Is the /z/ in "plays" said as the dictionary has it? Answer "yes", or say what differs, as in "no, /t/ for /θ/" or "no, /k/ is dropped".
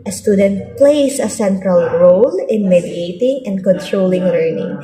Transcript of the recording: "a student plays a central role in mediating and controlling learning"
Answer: no, /s/ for /z/